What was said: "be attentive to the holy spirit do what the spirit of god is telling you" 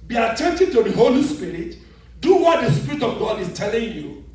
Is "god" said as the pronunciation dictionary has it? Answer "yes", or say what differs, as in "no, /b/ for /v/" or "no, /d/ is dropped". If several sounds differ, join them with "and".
yes